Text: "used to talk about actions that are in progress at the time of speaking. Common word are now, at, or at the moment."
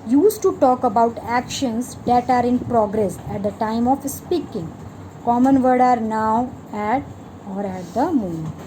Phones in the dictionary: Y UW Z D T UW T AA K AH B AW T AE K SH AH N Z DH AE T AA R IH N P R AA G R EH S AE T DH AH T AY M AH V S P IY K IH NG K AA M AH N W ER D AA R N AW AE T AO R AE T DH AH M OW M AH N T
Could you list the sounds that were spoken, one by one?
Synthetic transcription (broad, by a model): Y UW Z T UW T AA K AH B AW T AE K SH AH N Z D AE T AA R IH N P R AA G R EH S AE T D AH T AY M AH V S P IY K IH NG K AA M AH N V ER D AA R N AW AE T AO R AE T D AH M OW M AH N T